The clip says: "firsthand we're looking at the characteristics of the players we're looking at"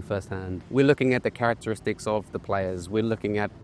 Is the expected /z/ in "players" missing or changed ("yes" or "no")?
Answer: no